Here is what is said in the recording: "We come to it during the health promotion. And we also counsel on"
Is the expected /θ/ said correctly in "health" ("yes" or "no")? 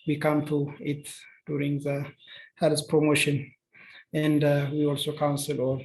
no